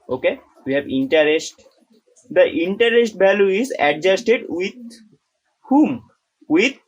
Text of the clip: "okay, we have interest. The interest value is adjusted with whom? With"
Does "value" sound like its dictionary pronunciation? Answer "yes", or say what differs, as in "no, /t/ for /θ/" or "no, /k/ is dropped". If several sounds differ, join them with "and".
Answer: no, /b/ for /v/